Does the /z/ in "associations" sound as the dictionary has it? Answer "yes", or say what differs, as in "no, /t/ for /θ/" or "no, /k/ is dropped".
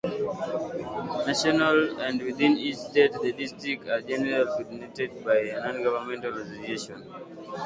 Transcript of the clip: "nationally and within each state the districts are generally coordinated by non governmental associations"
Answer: no, /z/ is dropped